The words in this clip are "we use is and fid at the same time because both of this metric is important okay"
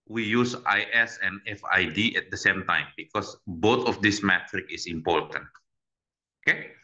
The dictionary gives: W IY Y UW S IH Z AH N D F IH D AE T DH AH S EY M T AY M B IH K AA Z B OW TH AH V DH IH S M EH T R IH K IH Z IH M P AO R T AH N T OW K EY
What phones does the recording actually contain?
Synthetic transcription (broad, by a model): W IY Y UW S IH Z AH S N F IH D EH T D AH S EY M T AY M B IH K AA S B OW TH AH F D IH S M EH T R IH K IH S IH M P AO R T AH N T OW K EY